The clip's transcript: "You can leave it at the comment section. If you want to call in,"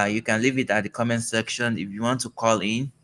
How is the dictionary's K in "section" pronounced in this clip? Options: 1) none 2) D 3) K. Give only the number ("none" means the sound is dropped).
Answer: 3